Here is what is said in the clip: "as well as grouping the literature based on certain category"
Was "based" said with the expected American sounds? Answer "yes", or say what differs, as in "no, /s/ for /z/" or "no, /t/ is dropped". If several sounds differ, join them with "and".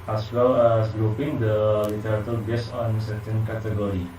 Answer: no, /t/ is dropped